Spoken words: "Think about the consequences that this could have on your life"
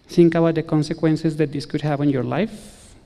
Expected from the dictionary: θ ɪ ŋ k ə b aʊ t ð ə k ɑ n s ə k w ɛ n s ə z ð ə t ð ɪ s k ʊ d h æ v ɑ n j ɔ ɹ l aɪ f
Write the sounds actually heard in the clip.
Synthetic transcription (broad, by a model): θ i ŋ k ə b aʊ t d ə k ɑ n s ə k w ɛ n s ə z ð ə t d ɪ s k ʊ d h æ p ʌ n j ɔ ɹ l aɪ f